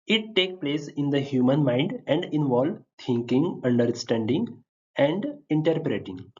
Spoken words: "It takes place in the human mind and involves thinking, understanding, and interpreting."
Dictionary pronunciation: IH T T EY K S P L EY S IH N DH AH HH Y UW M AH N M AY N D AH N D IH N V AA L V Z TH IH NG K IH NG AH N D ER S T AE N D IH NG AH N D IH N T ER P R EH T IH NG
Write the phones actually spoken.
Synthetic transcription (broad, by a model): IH T T EY K P L EY S IH N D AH HH Y UW M AH N M AY N D AH N D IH N V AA L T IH NG K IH NG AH N D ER S T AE N D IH NG AH N D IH N T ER P R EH T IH NG